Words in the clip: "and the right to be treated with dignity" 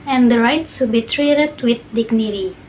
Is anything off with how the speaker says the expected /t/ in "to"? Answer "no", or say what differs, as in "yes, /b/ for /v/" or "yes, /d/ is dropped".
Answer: yes, /s/ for /t/